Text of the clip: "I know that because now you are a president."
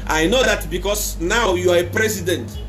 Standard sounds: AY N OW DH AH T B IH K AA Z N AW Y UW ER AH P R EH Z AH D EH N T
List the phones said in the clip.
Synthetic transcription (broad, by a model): AY N OW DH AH T B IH K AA S N AW Y UW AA AH P R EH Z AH D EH N T